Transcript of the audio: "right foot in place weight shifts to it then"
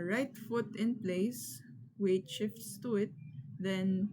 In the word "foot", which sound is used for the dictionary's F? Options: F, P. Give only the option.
F